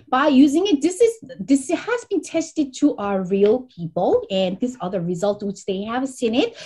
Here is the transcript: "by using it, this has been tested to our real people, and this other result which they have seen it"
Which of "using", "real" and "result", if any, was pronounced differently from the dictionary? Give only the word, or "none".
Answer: none